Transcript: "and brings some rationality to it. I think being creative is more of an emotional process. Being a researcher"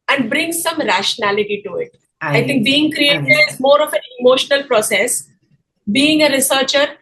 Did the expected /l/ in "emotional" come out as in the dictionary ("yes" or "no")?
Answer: yes